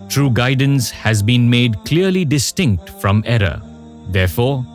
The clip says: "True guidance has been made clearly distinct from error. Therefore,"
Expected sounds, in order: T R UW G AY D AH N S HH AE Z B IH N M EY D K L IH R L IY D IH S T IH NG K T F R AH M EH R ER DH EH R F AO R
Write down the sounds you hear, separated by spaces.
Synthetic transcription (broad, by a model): T R UW G AY D AH N S HH AE Z B IH N M EY D K L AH R L IY D IH S T IH NG K T F R AH M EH R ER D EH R F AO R